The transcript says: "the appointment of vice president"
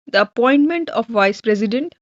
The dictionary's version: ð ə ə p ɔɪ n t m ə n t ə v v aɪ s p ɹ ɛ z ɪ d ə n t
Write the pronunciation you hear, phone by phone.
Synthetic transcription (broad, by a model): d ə ə p ɔɪ n t m ə n t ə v v aɪ s p ɹ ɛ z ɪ d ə n t